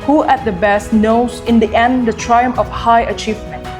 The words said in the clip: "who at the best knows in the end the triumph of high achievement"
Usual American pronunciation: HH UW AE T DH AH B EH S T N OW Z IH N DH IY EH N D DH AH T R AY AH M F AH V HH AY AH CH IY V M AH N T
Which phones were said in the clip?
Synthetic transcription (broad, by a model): HH UW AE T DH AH B EH S T N OW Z IH N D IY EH N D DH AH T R AY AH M AH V HH AY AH CH IY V M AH N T